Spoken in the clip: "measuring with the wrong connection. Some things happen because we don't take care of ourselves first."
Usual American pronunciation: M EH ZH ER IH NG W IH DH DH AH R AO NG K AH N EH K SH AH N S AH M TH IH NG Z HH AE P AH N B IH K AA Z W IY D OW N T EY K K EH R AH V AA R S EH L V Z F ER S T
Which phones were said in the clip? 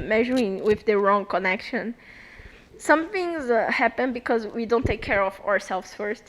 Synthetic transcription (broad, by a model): M EH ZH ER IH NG W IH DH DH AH R AO NG K AH N EH K SH AH N S AH M TH IH NG Z HH AE P AH N B IH K AA Z W IY D OW N T EY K K EH R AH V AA R S EH L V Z F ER S T